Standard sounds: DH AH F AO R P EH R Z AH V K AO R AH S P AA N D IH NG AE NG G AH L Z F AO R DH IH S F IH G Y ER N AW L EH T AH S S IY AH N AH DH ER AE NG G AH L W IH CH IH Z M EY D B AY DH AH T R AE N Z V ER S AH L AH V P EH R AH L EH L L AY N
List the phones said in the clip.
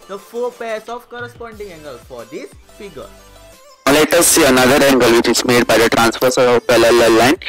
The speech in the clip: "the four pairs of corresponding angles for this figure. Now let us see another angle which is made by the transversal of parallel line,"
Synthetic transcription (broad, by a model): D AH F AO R P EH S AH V K AO R AH S P AA N D IH NG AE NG G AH L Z F AO R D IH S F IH G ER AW L EH T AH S S IY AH N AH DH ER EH NG G AH L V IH CH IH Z M EY D B AY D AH T R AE N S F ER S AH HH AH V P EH L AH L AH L L AY N